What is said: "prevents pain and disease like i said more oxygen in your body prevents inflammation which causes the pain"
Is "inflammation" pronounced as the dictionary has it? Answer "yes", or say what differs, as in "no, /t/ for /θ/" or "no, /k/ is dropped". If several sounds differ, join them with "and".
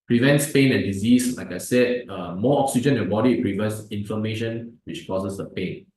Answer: no, /l/ is dropped